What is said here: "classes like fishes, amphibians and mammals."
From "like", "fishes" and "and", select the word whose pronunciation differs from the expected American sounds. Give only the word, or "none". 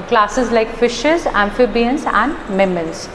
none